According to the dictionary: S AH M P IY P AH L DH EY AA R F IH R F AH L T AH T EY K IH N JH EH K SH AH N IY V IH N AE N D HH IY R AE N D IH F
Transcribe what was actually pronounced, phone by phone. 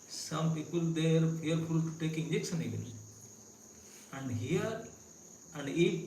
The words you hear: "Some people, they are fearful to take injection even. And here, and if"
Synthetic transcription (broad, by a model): S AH M P IY P AH L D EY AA R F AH R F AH L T T EY K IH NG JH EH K S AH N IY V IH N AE N D HH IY R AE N D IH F